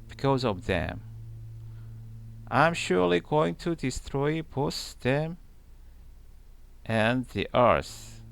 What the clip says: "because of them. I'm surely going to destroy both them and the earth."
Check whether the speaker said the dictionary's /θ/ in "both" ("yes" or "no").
no